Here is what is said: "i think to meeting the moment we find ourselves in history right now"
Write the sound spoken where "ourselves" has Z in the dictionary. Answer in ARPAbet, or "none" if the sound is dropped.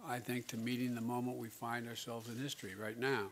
Z